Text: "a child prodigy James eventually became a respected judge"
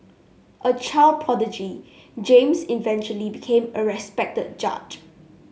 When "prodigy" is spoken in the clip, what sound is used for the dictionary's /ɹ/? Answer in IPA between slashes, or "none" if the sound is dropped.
none